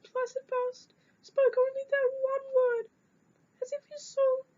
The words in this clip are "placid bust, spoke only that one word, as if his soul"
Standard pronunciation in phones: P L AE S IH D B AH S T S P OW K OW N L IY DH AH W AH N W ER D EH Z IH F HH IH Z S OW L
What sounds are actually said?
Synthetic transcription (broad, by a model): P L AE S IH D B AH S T S P OW K OW N L IY DH AH W AH N W ER D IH Z IH F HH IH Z S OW